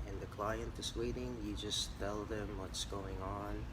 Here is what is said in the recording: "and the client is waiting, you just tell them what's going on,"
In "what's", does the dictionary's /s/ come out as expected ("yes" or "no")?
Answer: yes